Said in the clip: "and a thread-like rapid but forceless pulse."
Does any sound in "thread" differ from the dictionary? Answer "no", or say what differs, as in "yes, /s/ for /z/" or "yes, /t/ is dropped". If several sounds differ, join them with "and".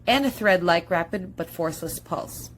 no